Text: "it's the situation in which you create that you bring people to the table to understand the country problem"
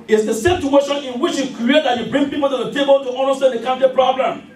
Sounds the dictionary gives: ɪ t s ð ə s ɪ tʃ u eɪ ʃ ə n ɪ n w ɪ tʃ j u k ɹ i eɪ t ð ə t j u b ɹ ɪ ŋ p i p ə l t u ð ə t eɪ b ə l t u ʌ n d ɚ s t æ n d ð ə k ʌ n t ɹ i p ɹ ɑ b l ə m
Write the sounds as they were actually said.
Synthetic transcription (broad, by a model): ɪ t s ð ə s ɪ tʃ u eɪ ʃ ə n ɪ n w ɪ tʃ j u k ɹ i eɪ t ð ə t j u b ɹ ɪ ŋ p i p ə l t u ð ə t eɪ b ə l t u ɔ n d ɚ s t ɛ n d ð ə k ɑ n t i p ɹ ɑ b l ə m